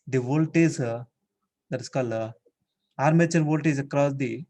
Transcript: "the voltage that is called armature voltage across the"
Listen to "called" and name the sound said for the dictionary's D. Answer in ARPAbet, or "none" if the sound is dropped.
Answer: none